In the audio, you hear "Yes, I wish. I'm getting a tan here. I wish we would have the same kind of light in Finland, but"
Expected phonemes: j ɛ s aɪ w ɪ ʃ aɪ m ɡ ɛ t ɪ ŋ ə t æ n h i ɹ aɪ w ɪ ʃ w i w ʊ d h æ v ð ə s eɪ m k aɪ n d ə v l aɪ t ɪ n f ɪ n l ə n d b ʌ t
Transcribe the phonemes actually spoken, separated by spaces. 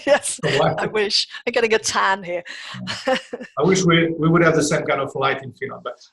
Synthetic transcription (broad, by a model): j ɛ s aɪ w ɪ ʃ aɪ m ɡ ɛ t ɪ ŋ ə t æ n h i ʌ aɪ w ɪ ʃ w i w ʊ d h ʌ v ð ə s eɪ m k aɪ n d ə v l aɪ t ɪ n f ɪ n ə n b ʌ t